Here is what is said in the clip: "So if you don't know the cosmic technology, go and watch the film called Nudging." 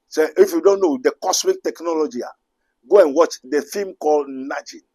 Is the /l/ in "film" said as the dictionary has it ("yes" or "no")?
no